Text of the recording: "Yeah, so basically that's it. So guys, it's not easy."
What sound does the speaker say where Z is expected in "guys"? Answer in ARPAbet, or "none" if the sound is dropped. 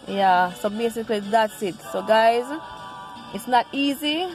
Z